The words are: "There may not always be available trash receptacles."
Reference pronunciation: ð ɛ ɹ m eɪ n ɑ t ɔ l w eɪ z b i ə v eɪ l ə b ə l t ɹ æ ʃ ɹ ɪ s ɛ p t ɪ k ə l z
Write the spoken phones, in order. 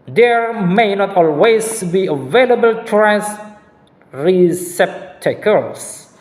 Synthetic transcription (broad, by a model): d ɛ ɹ m eɪ n ɑ t ɔ l w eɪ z b i ə v eɪ l ə b ə l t ɹ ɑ s ɹ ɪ s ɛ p t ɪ k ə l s